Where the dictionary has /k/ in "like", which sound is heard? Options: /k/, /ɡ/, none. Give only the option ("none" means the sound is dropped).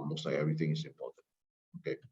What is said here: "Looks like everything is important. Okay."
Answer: none